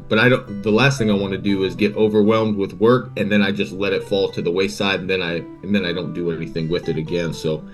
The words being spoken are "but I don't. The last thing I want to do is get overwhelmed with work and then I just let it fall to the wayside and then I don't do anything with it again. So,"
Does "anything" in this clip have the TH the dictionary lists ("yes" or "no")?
yes